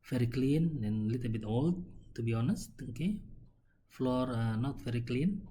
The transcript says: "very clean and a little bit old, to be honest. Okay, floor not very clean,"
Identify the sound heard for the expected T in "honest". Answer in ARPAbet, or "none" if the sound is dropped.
T